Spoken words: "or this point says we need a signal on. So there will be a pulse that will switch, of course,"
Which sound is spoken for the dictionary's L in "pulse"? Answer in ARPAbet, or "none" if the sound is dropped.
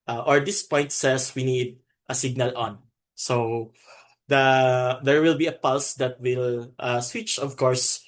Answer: L